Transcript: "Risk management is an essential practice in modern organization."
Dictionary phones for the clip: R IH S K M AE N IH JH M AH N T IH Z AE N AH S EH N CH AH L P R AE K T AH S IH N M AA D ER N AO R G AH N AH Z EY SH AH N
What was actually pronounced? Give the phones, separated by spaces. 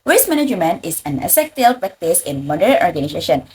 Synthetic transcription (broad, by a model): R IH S M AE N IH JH M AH N IH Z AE N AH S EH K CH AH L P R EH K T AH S IH N M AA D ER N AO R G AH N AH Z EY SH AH N